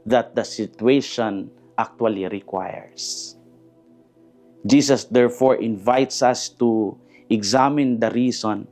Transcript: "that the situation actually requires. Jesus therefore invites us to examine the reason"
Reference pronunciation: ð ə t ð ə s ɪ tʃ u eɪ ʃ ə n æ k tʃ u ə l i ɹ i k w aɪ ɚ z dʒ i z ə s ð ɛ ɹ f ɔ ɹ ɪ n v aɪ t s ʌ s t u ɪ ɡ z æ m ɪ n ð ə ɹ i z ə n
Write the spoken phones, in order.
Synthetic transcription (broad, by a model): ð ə t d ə s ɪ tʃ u eɪ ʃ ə n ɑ k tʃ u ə l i ɹ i k w aɪ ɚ s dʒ i s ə s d ɛ ɹ f ɔ ɹ ɪ n v aɪ t s ʌ s t u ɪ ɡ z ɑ m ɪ n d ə ɹ i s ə n